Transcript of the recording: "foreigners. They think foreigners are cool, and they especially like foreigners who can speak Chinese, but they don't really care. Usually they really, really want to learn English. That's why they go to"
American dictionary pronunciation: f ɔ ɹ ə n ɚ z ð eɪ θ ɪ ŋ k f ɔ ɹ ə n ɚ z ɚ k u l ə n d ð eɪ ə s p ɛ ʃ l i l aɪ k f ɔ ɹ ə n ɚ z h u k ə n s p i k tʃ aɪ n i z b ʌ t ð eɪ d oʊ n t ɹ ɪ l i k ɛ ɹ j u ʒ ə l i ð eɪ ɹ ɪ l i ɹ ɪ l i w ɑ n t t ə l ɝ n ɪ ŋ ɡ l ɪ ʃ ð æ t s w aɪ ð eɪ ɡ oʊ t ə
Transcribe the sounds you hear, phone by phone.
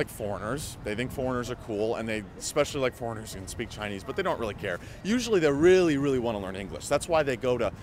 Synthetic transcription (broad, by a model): f ɔ ɹ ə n ɚ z ð eɪ θ ɪ ŋ k f ɔ ɹ ə n ɚ z ɚ k u l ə n ð eɪ ə s p ɛ ʃ l i l aɪ k f ɔ ɹ ə n ɚ z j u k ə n s p i k tʃ aɪ n i z b ʌ t ð eɪ d oʊ n t ɹ ɪ l i k ɛ ɹ j u ʒ l i ð eɪ ɹ ɪ l i ɹ ɪ l i w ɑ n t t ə l ɝ n ɪ ŋ ɡ l ɪ ʃ ð æ t s w aɪ ð eɪ ɡ oʊ t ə